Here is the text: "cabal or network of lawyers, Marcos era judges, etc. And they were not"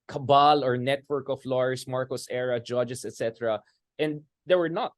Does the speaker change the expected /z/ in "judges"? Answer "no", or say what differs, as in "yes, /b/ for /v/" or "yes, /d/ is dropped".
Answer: yes, /s/ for /z/